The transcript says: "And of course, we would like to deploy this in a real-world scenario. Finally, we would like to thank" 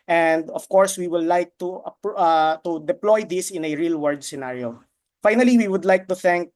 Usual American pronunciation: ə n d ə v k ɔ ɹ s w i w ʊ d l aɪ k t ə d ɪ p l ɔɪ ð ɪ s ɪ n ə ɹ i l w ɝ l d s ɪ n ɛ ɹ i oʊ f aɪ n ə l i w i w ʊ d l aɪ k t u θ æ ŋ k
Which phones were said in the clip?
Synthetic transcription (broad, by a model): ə n d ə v k ɔ ɹ s w i w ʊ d l aɪ k t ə d ɪ p l ɔɪ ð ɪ s ɪ n ə ɹ i l w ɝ d s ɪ n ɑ ɹ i oʊ f aɪ n ə l i w i w ʊ d l aɪ k t u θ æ ŋ k